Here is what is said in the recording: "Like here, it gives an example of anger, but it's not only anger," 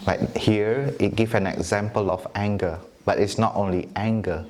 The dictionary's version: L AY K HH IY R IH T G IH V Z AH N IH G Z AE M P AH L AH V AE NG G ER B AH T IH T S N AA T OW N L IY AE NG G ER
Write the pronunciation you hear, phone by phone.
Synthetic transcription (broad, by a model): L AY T HH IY R IH T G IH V AH N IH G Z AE M P AH L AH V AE NG G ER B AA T IH T S N AA T OW N L IY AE NG G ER